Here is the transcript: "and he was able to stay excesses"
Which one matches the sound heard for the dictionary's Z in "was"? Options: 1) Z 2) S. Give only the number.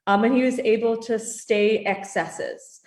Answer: 1